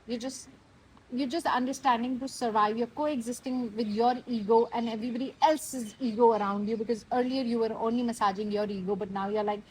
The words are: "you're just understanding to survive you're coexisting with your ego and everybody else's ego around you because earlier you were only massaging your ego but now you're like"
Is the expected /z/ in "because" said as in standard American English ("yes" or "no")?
yes